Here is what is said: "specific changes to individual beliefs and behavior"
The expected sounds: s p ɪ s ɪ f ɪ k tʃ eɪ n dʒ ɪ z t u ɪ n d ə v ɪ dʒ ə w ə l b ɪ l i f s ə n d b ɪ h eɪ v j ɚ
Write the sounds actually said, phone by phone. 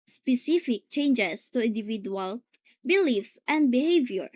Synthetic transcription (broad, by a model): s p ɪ s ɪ f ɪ k tʃ eɪ n dʒ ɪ s t u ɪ n d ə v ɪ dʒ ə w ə l b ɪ l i f s ə n d b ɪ h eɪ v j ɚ